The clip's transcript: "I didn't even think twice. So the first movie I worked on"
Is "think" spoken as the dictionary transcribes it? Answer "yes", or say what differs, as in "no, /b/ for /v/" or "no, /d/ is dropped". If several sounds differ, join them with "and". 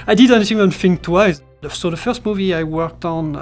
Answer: no, /f/ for /θ/